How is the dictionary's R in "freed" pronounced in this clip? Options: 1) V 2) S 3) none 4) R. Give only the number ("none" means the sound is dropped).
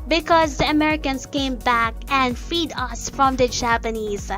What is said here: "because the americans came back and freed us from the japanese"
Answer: 3